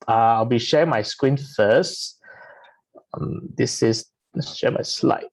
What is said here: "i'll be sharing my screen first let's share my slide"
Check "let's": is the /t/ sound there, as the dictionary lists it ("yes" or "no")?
no